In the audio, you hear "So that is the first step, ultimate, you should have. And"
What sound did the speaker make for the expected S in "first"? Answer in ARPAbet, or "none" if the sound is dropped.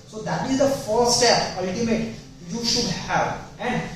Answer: none